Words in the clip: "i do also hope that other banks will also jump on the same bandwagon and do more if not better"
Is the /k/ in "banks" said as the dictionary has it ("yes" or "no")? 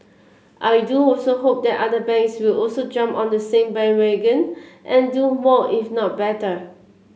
no